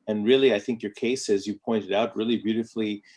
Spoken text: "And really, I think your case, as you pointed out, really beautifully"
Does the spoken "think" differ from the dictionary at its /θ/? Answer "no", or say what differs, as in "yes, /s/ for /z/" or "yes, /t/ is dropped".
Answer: no